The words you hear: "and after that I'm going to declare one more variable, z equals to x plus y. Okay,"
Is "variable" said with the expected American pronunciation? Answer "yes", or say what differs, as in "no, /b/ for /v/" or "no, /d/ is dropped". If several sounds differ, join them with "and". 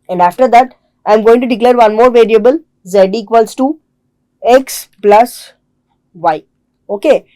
yes